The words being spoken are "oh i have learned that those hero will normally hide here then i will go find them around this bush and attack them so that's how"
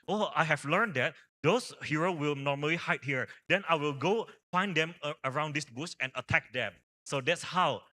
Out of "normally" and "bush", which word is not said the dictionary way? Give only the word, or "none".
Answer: bush